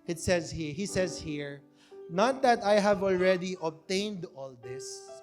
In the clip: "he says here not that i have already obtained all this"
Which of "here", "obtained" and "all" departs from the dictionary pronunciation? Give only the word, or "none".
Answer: none